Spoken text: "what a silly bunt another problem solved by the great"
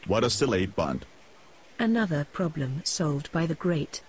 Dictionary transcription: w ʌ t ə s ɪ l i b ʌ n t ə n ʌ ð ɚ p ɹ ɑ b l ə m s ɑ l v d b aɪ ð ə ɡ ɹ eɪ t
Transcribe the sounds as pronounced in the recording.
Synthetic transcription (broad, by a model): w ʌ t ə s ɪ l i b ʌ n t ə n ʌ ð ɚ p ɹ ɑ b l ə m s ɑ l v d b aɪ ð ə ɡ ɹ eɪ t